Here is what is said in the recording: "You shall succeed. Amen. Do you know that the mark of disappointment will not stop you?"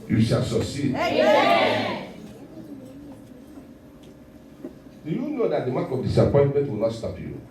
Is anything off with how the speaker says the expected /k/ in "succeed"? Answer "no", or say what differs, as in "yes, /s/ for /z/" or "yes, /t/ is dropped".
yes, /k/ is dropped